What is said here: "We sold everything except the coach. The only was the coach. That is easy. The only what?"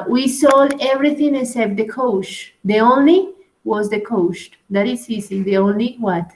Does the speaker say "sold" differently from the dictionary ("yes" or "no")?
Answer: yes